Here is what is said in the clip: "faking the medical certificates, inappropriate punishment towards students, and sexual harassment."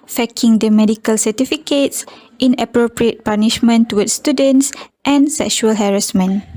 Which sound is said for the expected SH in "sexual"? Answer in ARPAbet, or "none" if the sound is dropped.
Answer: SH